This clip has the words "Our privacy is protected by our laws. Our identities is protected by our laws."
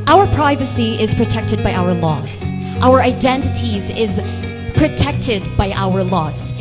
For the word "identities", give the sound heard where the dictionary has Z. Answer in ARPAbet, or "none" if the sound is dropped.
Z